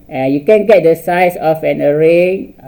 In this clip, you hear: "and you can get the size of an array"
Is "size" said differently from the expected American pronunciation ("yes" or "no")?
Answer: yes